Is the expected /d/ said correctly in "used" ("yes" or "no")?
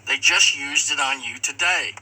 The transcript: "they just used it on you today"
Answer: yes